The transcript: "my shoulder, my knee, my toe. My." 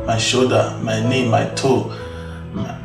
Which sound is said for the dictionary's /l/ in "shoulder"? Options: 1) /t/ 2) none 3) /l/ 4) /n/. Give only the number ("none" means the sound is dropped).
2